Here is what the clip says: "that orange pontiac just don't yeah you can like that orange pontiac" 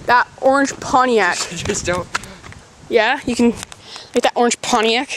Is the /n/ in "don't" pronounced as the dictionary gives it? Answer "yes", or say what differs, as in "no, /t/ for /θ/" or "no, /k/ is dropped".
no, /l/ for /n/